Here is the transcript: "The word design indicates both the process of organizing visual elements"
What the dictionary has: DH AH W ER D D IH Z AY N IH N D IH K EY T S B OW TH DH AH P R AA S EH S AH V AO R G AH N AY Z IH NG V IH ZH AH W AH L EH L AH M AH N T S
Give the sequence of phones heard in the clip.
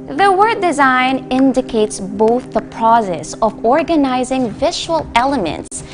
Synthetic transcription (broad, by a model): DH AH W ER D D IH Z AY N IH N D IH K EY T S B OW TH DH AH P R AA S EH S AH V AO R G AH N AY Z IH NG V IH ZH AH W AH L EH L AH M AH N T S